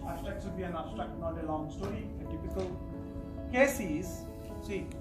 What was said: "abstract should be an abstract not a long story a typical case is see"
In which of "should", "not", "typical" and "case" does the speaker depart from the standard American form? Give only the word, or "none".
should